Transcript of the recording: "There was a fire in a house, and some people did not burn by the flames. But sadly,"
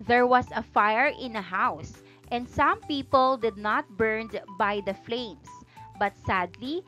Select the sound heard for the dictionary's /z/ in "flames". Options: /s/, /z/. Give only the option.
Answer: /s/